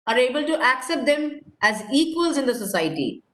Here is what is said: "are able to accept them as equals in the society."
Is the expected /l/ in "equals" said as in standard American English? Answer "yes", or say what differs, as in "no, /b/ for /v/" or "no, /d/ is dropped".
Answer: yes